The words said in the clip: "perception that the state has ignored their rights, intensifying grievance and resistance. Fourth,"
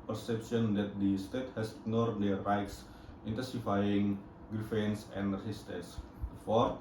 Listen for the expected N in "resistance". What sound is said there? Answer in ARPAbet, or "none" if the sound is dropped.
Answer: none